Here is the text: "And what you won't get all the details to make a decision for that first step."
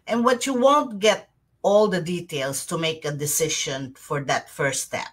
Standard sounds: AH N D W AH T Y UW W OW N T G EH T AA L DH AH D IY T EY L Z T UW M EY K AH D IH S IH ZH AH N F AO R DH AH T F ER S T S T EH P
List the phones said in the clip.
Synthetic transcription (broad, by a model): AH N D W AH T Y UW W OW N T G EH T AA L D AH D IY T EY L S T UW M EY K AH D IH S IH SH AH N F AO R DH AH T F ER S S T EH P